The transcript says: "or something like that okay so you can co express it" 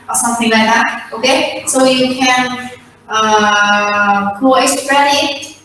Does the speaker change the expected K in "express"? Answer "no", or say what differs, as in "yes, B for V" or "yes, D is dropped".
yes, K is dropped